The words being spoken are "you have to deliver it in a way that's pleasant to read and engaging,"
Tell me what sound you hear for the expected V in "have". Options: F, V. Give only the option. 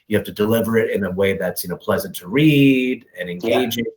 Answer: F